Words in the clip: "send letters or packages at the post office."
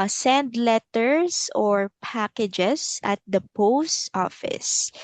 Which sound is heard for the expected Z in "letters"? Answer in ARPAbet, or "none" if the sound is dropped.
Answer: S